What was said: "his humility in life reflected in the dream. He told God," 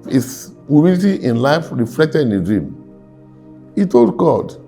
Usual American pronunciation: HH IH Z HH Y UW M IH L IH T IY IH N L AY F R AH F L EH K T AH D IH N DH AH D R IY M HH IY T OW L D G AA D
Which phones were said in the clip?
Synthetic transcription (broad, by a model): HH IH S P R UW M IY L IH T IY IH N L AY F R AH F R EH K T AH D IH N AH D R IY M HH IY T OW L D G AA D